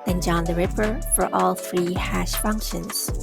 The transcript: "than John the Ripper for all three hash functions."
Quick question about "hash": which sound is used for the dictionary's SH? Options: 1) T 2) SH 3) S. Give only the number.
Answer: 2